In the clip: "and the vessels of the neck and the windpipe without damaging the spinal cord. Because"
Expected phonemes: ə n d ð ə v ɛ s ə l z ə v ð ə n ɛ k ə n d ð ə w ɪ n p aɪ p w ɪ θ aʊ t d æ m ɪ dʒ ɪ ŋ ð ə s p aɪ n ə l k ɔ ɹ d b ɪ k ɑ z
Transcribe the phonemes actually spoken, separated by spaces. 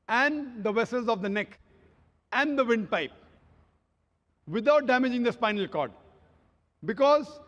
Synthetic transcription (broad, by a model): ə n d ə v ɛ s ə l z ə v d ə n ɛ k ə n d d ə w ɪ n p aɪ p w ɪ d aʊ t d æ m ɪ dʒ ɪ ŋ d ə s p aɪ n ə l k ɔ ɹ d b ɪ k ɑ z